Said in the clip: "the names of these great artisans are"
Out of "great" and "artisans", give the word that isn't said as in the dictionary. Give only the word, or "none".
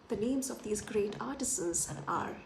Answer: artisans